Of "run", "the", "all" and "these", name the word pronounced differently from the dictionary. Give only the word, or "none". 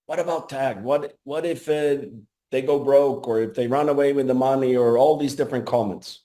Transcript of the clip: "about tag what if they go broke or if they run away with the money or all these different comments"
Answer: none